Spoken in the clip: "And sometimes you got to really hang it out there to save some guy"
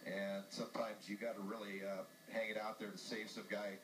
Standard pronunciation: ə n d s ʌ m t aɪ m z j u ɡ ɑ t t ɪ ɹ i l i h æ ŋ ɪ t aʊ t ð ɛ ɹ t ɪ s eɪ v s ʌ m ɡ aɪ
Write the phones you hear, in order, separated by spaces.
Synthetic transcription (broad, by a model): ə n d s ʌ m t aɪ m z j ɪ ɡ ɑ t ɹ ɪ l i i h æ ŋ ɪ t aʊ t ð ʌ ɹ t ɪ s eɪ v s ʌ m ɡ aɪ